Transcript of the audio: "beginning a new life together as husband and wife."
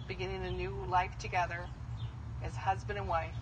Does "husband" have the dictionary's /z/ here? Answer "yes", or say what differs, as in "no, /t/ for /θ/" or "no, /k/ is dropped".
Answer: yes